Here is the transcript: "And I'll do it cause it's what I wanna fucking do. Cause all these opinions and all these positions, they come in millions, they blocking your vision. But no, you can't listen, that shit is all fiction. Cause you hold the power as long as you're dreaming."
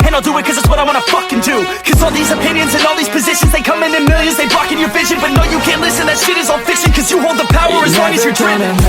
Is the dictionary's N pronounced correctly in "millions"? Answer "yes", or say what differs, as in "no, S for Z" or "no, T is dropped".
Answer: yes